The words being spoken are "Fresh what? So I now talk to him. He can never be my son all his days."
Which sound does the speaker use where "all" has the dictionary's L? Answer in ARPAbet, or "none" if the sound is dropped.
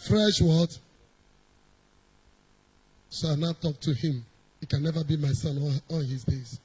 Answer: N